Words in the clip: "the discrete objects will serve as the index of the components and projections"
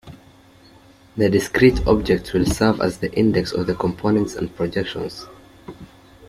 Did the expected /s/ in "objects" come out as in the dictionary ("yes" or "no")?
no